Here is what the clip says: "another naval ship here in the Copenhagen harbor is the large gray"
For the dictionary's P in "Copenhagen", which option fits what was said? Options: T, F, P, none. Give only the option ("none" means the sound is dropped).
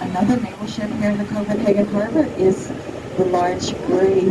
F